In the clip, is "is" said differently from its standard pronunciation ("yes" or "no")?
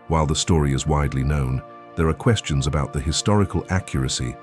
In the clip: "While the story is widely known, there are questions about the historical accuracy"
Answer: no